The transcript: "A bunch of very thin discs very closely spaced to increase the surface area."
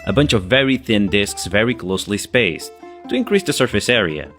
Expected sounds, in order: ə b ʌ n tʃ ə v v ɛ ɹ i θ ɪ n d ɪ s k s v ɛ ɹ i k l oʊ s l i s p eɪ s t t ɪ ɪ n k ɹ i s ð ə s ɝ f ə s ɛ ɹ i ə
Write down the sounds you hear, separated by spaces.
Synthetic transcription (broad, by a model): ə b ʌ n tʃ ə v v ɛ ɹ i θ ɪ n d ɪ s k s v ɛ ɹ i k l oʊ s l i s p eɪ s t t ɪ ɪ n k ɹ i s ð ə s ɝ f ə s ɛ ɹ i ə